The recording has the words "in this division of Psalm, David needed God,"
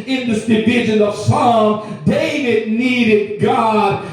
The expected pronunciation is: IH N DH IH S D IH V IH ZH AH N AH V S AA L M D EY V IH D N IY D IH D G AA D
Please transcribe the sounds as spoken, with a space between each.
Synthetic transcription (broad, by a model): IH N DH IH S D IH V IH ZH AH N AH V S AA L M D EY V IH D N IY D IH D G AA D